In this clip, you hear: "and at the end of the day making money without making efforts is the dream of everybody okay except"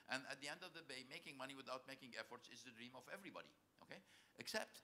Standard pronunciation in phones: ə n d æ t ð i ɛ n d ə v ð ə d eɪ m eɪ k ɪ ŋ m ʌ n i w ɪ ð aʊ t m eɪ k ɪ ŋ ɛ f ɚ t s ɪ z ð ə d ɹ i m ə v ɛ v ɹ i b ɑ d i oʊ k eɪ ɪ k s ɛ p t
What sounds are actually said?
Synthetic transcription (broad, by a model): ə n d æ t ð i ɛ n d ə v ð ə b eɪ m eɪ k ɪ ŋ m ʌ n i w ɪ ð aʊ t m eɪ k ɪ ŋ ɛ f ɚ t s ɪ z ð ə d ɹ i m ə v ɛ v ɹ i b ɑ d i oʊ k eɪ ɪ k s ɛ p t